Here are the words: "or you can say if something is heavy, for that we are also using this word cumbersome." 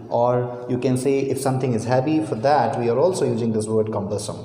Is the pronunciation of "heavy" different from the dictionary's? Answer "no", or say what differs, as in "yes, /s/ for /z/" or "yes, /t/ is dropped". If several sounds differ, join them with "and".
yes, /p/ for /v/